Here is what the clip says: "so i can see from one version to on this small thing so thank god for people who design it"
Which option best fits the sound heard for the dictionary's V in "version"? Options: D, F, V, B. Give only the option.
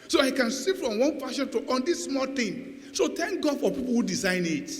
F